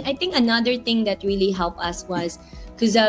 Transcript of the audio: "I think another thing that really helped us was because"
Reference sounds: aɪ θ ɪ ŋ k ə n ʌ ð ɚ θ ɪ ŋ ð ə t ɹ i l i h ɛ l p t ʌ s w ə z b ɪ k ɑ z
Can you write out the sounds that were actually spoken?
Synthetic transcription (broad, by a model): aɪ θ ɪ ŋ k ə n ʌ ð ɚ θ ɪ ŋ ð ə t ɹ i l i h ɛ l p ʌ s w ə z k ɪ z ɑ